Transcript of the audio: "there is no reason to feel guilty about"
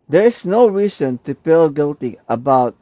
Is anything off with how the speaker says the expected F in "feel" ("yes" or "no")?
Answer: yes